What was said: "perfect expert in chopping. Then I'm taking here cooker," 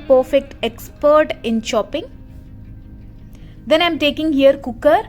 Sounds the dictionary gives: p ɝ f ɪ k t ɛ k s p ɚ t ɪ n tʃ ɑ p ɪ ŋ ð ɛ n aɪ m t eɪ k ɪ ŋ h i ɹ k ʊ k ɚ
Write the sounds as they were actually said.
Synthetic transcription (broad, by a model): p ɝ f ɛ k t ɛ k s p ɚ t ɪ n ʃ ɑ p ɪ ŋ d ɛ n aɪ m t eɪ k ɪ ŋ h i ɹ k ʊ k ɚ